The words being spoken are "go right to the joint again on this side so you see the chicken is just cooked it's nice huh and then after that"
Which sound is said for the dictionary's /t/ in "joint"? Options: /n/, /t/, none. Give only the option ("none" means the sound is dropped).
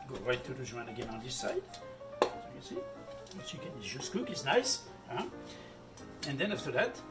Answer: none